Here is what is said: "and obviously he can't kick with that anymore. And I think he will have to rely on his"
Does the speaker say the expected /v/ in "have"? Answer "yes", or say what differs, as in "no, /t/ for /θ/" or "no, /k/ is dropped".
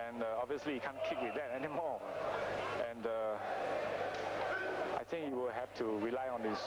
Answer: no, /f/ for /v/